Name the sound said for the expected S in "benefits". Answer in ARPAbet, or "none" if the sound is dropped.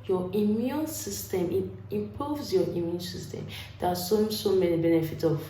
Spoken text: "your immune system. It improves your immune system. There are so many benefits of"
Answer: none